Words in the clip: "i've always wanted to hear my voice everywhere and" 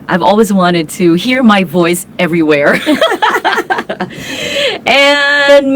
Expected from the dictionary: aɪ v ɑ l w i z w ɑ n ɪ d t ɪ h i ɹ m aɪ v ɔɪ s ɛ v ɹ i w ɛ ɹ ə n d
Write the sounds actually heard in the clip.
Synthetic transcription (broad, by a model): aɪ v ɑ l w i z w ɑ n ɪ d t ɪ h i ɹ m aɪ v ɔɪ s ɛ v ɹ i w ɛ ɹ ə n